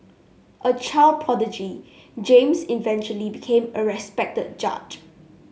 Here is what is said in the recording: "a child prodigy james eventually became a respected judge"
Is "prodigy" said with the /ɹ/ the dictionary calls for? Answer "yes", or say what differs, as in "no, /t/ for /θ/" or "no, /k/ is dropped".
no, /ɹ/ is dropped